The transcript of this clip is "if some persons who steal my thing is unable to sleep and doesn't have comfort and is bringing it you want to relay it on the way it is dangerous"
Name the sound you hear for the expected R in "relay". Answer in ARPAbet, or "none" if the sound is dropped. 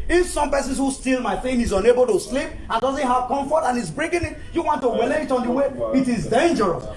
W